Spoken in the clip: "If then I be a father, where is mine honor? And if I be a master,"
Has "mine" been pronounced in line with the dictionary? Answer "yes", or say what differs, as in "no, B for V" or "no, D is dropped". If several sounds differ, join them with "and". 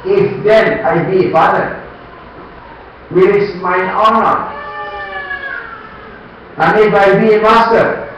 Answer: no, N is dropped